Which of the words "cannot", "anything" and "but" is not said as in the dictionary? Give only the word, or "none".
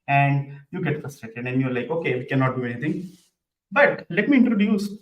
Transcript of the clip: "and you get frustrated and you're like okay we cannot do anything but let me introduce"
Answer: anything